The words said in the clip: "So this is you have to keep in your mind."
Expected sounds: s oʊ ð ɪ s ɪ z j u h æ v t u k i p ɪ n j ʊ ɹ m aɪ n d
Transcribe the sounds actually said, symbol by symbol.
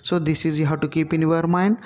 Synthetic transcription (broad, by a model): s oʊ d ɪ s ɪ z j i h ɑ w t u k i p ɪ n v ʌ ɹ m aɪ n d